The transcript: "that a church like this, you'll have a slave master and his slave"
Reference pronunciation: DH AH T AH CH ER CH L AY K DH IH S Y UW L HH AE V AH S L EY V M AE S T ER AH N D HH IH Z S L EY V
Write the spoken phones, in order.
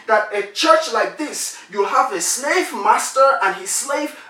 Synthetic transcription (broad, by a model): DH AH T AH CH ER CH L AY K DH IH S Y UW L HH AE V AH S L EY V M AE S T ER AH N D HH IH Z S L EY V